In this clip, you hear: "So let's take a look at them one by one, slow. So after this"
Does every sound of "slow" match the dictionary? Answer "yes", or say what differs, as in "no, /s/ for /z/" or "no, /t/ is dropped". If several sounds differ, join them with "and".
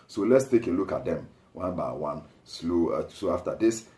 yes